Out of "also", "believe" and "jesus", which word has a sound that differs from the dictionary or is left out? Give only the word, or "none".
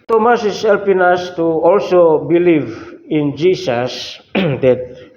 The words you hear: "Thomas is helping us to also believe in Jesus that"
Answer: jesus